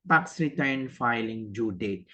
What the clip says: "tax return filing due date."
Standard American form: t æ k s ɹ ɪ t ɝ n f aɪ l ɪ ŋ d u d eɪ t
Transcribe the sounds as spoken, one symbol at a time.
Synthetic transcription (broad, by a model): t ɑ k s ɹ ɪ t ɝ n f aɪ l ɪ ŋ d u d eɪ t